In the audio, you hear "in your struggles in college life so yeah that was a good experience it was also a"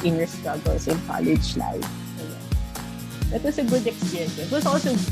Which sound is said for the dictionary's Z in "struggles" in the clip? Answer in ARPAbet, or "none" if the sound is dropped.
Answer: S